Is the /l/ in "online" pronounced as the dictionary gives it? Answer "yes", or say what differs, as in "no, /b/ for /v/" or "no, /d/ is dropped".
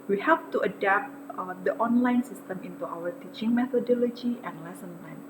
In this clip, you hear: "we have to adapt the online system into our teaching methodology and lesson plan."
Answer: yes